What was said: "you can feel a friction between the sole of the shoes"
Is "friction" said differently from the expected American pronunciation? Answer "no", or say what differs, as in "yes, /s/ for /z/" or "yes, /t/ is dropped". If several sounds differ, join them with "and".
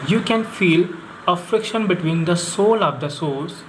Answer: no